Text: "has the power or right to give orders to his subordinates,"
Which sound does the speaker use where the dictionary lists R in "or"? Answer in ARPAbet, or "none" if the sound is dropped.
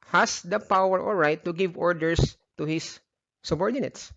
L